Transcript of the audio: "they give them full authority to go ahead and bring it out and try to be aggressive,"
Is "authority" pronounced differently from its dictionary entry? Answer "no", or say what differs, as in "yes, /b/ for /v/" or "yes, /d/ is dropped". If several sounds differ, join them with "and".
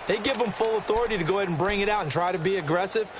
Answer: no